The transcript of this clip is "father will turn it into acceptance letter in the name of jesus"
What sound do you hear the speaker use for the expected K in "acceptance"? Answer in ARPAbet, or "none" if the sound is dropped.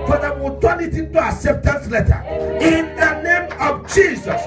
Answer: none